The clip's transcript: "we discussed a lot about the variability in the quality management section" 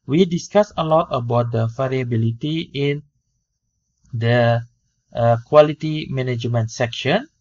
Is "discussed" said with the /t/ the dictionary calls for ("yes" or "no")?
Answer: no